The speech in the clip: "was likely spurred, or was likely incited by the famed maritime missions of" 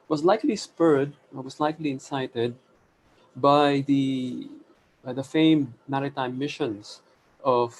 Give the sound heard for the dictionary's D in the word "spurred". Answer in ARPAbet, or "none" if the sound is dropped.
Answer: D